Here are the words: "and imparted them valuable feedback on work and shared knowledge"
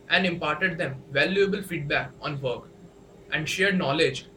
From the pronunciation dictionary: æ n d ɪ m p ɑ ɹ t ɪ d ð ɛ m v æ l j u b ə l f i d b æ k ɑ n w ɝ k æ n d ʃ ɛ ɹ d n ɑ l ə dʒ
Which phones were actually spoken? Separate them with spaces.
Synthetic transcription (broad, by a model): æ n d ɪ m p ɑ ɹ t ɪ d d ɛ m v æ l j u b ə l f i d b æ k ɑ n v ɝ k æ n d ʃ ɛ ɹ d n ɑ l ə dʒ